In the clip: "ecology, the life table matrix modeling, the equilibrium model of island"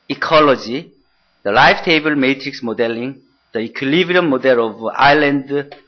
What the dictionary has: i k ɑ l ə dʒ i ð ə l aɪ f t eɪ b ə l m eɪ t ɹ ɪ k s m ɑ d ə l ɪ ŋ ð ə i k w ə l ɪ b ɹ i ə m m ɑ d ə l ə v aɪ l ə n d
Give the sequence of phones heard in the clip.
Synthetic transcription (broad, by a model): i k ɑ l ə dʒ i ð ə l aɪ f t eɪ b ə l m eɪ t ɹ ɪ k s m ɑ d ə l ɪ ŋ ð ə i k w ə l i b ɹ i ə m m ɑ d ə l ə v aɪ l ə n d